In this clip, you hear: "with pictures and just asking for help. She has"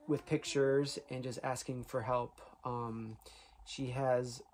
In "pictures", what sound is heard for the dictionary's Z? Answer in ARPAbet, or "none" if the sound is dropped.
Z